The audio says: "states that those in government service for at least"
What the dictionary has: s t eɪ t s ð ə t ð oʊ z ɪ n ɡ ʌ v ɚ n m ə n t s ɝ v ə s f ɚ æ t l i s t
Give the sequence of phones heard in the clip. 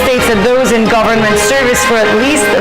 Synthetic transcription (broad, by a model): s t eɪ t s ð ə t ð oʊ z ɪ n ɡ ʌ v ɚ n m ə n t s ɝ v ə s f ɚ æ t l i s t